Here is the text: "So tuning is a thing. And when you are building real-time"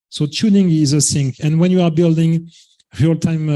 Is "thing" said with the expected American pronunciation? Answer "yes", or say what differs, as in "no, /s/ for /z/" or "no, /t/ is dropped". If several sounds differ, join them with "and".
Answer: no, /s/ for /θ/